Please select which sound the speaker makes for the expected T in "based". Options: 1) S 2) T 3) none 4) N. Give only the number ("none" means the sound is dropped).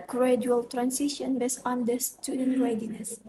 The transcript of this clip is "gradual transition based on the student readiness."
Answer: 3